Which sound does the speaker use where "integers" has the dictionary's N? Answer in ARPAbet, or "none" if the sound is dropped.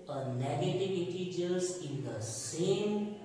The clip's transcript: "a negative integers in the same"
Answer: none